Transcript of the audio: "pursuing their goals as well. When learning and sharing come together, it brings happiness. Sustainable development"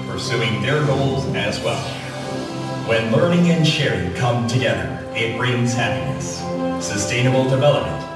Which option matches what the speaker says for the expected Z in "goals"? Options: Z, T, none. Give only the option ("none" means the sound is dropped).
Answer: Z